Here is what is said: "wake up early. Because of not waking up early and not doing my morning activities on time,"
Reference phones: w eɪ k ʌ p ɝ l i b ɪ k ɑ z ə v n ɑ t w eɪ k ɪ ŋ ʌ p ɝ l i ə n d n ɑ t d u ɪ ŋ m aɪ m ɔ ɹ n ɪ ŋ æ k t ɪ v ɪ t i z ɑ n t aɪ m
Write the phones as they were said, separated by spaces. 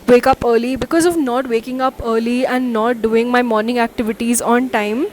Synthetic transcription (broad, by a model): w eɪ k ʌ p ɝ l i b ɪ k ɑ z ə v n ɑ t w eɪ k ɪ ŋ ʌ p ɝ l i ə n d n ɑ t d u ɪ ŋ m aɪ m ɔ ɹ n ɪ ŋ æ k t ɪ v ɪ t i z ɑ n t aɪ m